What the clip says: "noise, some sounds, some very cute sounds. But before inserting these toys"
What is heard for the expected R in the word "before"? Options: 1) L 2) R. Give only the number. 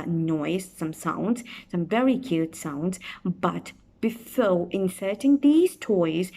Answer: 1